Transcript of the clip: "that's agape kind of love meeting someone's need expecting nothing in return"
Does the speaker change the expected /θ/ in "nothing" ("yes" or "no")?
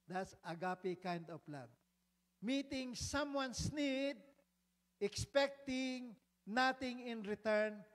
yes